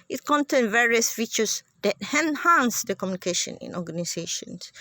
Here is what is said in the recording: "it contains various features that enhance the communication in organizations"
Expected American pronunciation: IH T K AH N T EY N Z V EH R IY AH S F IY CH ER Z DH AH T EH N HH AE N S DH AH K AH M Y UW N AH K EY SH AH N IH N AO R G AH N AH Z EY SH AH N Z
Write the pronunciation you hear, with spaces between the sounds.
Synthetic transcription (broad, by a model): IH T K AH N T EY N V EH R IY AH S F IY CH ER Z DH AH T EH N HH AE N S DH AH K AH M Y UW N AH K EY SH AH N IH N AO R G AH N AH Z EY SH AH N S